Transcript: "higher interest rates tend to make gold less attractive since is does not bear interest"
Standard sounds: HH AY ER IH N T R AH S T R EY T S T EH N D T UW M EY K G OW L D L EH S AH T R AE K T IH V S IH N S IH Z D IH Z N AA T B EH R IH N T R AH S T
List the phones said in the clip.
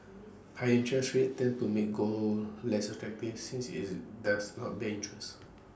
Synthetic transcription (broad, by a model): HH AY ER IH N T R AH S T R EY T T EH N T UW M EY K G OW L L EH S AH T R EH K T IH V S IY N S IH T D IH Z N AA T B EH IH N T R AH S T